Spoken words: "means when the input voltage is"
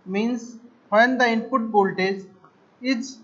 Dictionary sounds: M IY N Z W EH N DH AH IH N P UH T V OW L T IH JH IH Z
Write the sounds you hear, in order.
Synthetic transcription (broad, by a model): M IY N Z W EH N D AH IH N P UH T B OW L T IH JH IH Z